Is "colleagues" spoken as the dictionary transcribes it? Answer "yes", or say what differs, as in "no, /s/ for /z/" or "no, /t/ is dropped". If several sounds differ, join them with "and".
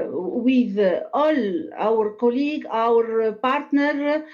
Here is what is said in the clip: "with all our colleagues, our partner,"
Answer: no, /z/ is dropped